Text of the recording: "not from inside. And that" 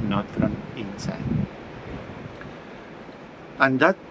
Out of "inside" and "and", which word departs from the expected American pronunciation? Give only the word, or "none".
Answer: inside